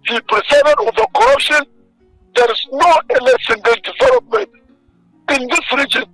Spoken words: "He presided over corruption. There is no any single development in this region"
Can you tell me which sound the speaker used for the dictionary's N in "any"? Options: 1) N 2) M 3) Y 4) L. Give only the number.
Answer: 4